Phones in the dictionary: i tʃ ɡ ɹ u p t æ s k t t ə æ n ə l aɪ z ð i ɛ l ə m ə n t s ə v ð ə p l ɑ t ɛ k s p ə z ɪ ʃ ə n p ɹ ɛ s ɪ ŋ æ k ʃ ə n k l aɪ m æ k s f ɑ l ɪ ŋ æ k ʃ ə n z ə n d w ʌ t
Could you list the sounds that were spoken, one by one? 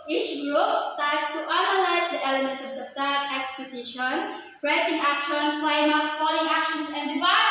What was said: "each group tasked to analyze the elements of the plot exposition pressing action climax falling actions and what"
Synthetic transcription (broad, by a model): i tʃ ɡ ɹ u p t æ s t t ə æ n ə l aɪ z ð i ɛ l ə m ə n t s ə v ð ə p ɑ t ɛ k s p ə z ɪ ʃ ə n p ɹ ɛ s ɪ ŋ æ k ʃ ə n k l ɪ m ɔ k s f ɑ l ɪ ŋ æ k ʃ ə n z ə n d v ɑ